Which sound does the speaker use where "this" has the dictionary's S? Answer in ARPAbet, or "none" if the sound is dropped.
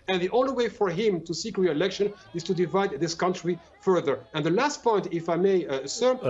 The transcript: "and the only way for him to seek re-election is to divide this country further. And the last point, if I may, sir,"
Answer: S